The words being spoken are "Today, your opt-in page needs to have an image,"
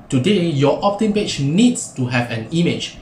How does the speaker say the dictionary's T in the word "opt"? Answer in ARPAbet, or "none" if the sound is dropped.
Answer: T